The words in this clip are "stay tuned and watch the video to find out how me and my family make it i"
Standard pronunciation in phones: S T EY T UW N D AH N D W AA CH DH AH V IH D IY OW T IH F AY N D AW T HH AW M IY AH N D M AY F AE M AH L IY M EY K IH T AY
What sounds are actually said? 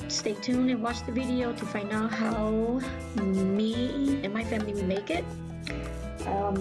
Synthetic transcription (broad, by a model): S T EY T UW N AH N W AA CH DH AH V IH D IY OW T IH F AY N D AW T HH AW M IY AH N M AY F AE M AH W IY M EY K IH T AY